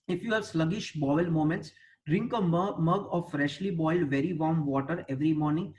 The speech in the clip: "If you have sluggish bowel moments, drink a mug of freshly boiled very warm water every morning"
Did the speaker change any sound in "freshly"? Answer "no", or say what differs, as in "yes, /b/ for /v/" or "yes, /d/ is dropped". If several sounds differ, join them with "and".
no